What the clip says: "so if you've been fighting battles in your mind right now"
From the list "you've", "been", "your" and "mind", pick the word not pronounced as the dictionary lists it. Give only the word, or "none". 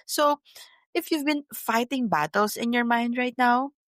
none